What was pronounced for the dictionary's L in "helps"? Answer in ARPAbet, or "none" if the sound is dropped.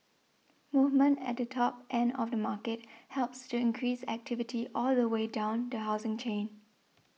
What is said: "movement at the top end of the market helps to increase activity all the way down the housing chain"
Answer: L